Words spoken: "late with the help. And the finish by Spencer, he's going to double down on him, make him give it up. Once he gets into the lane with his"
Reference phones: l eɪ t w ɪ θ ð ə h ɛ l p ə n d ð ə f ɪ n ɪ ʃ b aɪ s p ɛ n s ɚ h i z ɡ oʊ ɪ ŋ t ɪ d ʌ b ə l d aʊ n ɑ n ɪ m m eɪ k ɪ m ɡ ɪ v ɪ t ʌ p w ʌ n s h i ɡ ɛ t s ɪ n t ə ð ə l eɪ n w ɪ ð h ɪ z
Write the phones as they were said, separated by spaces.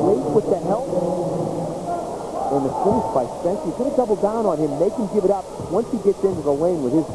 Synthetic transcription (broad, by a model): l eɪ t w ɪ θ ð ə h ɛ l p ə n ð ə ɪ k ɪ s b aɪ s ɛ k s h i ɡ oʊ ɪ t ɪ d ʌ b l d aʊ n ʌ n ɪ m m eɪ k ɪ m ɡ ɪ v ɪ t ʌ p w ʌ n s h i ɡ ɛ t s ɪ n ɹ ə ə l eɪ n w ɪ ð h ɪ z